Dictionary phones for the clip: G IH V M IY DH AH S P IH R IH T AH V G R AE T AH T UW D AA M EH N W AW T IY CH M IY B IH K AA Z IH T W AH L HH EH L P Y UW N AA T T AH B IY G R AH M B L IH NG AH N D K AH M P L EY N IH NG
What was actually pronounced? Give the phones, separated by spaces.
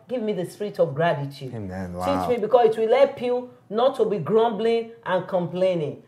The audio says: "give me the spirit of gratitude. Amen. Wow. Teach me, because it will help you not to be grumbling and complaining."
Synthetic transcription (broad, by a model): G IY V M IY DH AH S P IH R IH T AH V G R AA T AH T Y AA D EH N T IY CH M IY B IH K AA S IH T W AH L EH P Y UW N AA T T AH B IY G R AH M B L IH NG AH N K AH M P L EY N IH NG